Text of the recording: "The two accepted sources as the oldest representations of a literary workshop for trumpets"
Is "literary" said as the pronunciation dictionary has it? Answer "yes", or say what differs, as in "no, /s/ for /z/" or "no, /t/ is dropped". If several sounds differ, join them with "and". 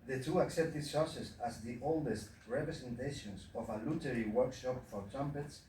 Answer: no, /w/ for /ɹ/